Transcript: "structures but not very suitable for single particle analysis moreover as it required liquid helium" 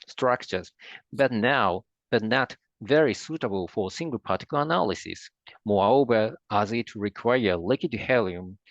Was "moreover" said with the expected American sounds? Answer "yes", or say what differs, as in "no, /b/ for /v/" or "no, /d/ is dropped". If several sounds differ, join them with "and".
no, /b/ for /v/